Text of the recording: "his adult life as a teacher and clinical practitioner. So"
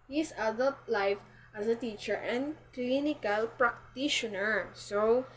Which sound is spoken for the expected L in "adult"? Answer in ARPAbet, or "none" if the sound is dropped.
L